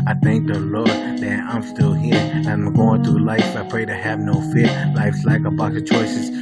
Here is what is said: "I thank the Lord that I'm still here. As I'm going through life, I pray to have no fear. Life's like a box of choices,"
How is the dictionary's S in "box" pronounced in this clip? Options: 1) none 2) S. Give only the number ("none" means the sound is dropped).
1